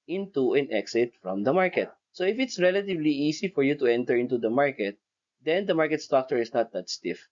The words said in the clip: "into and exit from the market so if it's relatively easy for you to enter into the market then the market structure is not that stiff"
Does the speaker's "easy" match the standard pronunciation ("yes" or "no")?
no